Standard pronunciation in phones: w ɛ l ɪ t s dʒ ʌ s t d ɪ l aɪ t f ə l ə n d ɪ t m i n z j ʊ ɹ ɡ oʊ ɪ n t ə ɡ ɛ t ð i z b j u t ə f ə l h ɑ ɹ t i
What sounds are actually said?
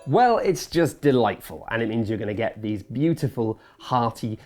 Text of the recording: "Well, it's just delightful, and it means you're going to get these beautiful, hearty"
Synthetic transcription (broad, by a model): w ɛ l ɪ t s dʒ ʌ s d ɪ l aɪ t f ə l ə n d ɪ t m i n z j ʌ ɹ ɡ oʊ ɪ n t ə ɡ ɛ t ð i z b j u t ə f ə l h ɑ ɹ t i